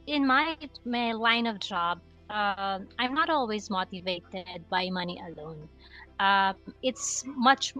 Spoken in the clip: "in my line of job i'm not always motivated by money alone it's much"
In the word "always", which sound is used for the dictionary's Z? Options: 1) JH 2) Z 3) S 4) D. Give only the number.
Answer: 2